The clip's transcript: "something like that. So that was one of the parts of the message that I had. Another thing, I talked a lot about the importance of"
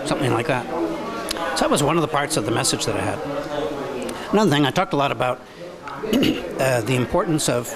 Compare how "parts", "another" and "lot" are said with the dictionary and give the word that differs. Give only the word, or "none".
none